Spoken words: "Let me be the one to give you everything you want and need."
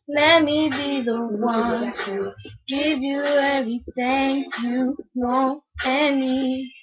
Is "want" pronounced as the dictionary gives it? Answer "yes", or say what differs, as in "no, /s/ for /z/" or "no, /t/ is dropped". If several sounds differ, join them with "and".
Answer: no, /t/ is dropped